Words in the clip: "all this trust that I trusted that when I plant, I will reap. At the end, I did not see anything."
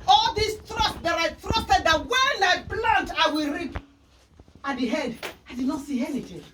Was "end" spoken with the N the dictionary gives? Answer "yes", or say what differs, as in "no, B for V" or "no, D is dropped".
no, N is dropped